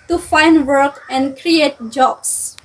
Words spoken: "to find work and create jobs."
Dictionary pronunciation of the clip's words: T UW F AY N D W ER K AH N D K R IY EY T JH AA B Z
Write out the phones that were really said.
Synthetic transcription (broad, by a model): T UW F AY N D W ER K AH N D K R IY EY T JH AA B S